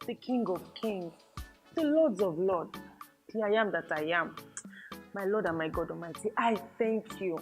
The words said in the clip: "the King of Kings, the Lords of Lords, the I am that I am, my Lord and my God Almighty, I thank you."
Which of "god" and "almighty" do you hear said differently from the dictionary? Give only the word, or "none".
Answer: almighty